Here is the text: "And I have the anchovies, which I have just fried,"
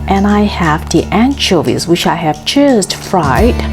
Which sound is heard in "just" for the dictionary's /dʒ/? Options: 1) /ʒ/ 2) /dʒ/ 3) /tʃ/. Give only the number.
3